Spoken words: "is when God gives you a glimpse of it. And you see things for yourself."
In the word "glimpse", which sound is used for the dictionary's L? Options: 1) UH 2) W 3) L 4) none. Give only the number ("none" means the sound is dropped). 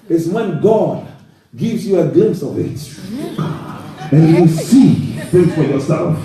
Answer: 3